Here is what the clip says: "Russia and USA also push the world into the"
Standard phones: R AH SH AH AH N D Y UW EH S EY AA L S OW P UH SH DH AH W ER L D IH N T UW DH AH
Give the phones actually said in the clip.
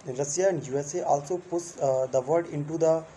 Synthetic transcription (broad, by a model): R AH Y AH AH N D Y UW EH S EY AA L S OW P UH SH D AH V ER D IH N T UW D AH